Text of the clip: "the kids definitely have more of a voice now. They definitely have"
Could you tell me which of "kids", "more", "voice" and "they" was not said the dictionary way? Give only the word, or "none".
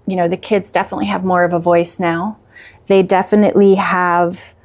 none